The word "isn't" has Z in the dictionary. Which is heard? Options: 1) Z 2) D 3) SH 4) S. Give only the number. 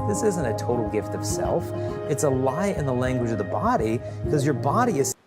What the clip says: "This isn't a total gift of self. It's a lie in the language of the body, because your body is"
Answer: 1